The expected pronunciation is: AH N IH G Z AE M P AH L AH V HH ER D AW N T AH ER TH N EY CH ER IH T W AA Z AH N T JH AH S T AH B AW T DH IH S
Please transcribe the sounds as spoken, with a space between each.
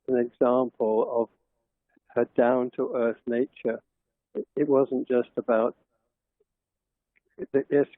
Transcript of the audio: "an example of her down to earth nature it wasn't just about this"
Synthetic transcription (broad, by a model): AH N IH G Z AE M P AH L AH V HH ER D AW N T AH ER TH N EY CH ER IH T W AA Z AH N JH AH S T AH B AW T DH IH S